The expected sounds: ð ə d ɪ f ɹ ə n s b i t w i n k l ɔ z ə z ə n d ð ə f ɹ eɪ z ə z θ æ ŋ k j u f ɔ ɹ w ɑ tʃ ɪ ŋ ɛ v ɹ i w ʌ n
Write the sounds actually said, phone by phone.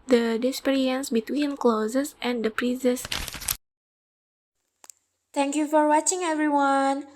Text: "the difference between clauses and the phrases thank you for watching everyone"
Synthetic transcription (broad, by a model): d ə d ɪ p ɹ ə n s b i t w i n k l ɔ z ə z ə n d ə p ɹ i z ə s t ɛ ŋ k j u f ɔ ɹ w ɑ tʃ ɪ ŋ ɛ v ɹ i w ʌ n